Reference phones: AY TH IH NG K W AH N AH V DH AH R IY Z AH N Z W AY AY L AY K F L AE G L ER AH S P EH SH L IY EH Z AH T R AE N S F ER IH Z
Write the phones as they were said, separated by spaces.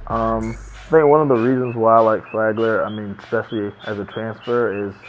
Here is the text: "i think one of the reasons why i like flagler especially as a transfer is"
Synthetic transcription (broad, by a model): AY TH IH NG K W AH N AH V DH AH R IY Z AH N Z W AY AY L AY K F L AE G L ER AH S P EH SH L IY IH Z AH T R AE N S F ER IH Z